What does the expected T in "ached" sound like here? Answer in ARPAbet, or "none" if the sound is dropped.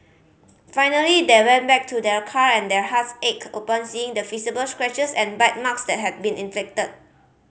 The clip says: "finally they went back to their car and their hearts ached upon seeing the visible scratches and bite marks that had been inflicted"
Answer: none